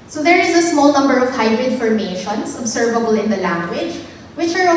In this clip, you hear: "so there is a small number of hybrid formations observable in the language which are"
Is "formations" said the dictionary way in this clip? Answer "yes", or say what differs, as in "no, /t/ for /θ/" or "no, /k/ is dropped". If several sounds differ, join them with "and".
no, /s/ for /z/